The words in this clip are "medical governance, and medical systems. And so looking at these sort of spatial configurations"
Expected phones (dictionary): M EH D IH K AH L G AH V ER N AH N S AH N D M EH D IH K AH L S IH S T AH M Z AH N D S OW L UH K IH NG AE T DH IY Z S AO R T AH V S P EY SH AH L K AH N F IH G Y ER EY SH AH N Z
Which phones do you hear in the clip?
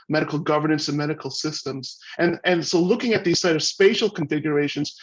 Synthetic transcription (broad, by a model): M EH D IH K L G AH V ER N AH N S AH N M EH D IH K L S IH S T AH M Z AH N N S OW L UH K IH NG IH T DH IY Z S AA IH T AH V S P EY SH L K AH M F IH G Y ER EY SH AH N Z